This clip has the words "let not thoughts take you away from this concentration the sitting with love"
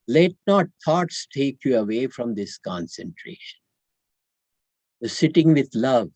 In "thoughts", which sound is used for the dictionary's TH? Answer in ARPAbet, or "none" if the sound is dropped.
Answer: T